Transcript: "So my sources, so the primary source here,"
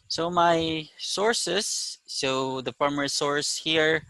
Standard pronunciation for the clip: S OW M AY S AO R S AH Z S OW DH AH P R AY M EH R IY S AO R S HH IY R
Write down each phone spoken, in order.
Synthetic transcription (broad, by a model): S OW M AY S AO R S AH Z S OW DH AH F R M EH R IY S AO R S HH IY R